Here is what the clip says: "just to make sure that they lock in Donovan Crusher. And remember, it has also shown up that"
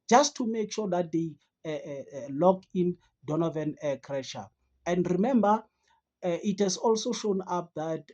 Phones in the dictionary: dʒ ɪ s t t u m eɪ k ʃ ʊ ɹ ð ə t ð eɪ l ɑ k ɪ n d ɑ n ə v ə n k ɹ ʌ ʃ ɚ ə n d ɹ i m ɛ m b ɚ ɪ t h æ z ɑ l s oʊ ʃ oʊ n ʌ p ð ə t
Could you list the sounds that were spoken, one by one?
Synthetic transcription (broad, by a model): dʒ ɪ s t t u m eɪ k ʃ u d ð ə t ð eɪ l ɑ k ɪ n d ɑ n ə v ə n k ɹ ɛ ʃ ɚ ə n d ɹ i m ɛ m b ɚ ɪ t h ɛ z ɑ l s oʊ ʃ oʊ n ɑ p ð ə t